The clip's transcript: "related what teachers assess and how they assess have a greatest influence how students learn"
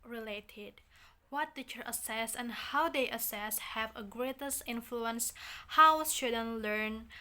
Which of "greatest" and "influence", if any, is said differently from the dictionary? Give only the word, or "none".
none